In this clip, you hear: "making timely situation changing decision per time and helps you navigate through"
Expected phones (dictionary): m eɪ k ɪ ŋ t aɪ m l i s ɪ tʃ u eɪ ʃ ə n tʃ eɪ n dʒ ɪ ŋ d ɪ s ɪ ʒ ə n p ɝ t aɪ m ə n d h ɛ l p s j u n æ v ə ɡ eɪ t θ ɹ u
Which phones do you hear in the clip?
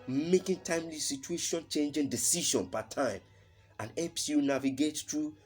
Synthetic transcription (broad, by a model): m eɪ k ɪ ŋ t aɪ m l i s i tʃ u eɪ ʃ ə n tʃ eɪ n dʒ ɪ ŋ d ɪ s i ʃ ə n p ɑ t aɪ m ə n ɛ p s j u n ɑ v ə ɡ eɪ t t ɹ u